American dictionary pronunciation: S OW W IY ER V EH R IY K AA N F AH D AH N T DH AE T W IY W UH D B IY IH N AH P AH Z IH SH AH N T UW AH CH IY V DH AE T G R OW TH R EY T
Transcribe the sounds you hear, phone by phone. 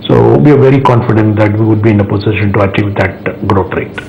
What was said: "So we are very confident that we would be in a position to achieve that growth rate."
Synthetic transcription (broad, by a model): S OW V IY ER V EH R IY K AA N F AH D AH N T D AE T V IY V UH D B IY IH N AH P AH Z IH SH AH N T UW AH CH IY V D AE T G R OW T R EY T